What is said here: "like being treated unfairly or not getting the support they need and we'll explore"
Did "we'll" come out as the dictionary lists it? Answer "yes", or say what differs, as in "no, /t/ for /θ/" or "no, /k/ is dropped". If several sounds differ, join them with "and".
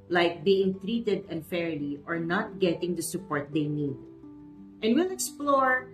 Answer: yes